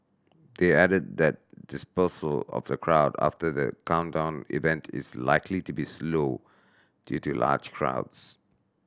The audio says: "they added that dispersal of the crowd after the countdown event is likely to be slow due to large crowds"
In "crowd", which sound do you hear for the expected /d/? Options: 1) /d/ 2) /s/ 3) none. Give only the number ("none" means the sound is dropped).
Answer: 1